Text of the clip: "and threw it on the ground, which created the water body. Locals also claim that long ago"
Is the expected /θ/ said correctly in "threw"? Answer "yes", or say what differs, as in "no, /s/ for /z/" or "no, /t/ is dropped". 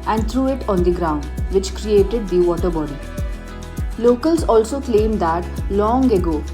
no, /t/ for /θ/